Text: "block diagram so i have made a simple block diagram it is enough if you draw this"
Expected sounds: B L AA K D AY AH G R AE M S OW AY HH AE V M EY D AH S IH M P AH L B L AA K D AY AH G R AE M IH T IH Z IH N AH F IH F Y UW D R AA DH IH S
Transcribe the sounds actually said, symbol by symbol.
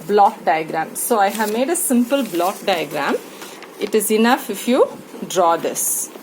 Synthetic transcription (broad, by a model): B L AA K D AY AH G R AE M S OW AY HH AE V M EY D AH S IH M P AH L B L AA K D AY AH G R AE M IH T IH Z IH N AH F IH F Y UW D R AA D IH S